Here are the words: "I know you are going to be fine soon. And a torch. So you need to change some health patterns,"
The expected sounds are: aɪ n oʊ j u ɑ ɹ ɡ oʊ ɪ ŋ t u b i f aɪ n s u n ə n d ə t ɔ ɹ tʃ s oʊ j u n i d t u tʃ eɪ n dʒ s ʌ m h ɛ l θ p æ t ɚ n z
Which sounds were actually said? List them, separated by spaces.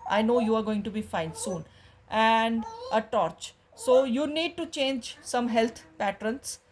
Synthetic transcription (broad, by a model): aɪ n oʊ j u ɑ ɹ ɡ oʊ ɪ ŋ t u b i f aɪ n s u n ə n d ə t ɔ ɹ tʃ s oʊ j u n i d t u tʃ eɪ n dʒ s ʌ m h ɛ l t p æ t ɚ n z